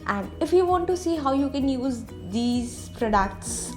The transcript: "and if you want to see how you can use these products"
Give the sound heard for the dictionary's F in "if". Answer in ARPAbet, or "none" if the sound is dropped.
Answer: F